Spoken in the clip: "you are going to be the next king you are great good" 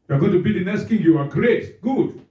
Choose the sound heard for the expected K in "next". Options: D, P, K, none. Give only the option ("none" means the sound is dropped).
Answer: none